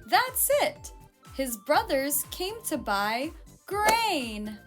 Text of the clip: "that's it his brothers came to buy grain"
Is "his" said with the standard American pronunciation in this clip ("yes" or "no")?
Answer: yes